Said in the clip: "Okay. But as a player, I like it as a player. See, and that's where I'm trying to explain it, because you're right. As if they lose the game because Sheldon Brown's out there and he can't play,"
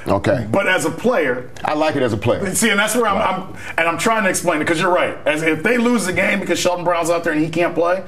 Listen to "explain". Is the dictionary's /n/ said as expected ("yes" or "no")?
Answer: no